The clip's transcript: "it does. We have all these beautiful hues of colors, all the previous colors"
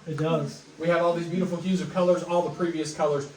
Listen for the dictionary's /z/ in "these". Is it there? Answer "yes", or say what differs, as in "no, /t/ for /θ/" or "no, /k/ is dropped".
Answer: yes